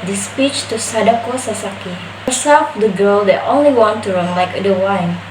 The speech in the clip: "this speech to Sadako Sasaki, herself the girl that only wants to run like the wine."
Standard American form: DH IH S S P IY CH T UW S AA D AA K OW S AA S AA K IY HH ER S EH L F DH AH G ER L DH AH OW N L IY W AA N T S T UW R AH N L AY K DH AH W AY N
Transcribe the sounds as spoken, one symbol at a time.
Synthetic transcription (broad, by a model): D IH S S P IY CH T UW S AA D AA K OW S AA S AA K IY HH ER S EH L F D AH G ER L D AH OW N L IY W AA N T T UW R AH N L AY K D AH W AY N